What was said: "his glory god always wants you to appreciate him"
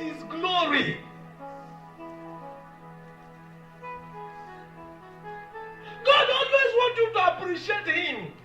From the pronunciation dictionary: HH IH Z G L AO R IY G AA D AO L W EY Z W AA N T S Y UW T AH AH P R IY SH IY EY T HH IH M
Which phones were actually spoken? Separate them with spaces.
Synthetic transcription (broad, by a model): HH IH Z G L AO R IY G AA D AO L W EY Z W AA T Y UW T AH AH P R IY SH IY EY T HH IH M